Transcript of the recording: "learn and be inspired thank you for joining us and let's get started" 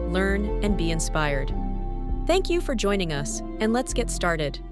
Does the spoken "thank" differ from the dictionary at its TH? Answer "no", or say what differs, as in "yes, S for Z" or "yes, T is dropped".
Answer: no